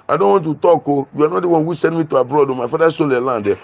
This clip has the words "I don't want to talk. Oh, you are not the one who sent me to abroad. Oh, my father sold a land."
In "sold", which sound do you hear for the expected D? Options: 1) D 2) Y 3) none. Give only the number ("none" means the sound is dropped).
3